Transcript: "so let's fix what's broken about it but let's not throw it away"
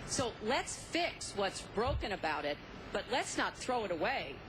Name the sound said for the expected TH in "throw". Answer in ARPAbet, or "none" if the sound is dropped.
TH